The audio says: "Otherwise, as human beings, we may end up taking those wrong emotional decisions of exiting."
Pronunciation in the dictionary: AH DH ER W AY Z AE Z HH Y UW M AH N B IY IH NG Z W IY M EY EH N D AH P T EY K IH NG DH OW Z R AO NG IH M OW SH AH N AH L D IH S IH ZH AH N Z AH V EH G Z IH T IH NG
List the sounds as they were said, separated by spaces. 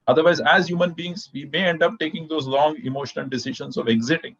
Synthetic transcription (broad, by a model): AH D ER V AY Z AE Z HH Y UW M AH N B IY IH NG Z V IY M EY EH N D AH P T EY K IH NG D OW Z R AO NG IH M OW SH AH N AH L D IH S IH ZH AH N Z AH V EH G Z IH T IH NG